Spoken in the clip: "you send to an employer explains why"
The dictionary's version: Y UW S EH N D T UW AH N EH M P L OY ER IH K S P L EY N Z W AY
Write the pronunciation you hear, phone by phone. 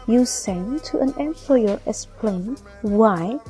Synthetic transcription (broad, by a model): Y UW S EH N T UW AH N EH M P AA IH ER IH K S P L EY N W AY